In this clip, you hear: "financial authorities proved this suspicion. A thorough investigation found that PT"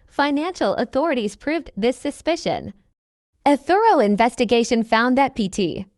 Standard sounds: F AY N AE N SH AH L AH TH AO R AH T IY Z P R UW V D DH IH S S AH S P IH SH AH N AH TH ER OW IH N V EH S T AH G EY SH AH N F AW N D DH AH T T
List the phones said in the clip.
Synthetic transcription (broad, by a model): F AY N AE N SH L AH TH AO R AH T IY Z P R UW V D DH IH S S AH S P IH SH AH N AH TH ER OW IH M V EH S T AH G EY SH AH N F AW N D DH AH T T